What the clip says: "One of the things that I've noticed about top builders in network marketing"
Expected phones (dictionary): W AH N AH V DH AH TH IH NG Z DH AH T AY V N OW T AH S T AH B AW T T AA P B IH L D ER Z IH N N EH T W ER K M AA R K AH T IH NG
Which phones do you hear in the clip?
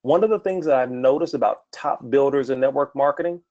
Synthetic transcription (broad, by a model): W AH N AH V DH AH TH IH NG Z DH AH T AY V N OW T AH S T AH B AW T T AA P B IH L D ER Z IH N N EH T W ER K M AA R K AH T IH NG